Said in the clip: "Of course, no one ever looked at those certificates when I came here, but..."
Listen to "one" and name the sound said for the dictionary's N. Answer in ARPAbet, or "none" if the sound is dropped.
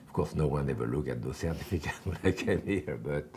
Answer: N